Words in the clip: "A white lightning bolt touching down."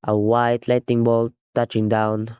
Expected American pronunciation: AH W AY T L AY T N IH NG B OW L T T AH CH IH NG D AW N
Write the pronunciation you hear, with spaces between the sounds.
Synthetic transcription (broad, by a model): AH W AY T L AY T IH NG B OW L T T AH CH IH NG D AW N